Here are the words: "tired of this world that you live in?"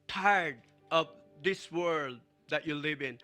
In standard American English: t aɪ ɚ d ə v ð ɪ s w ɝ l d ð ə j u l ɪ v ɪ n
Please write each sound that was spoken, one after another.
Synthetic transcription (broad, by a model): t aɪ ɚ d ə v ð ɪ s w ɝ l d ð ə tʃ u l ɪ v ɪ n